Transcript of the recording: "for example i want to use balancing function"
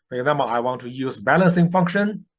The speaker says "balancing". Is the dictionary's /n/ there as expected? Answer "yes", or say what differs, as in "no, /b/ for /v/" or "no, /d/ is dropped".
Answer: yes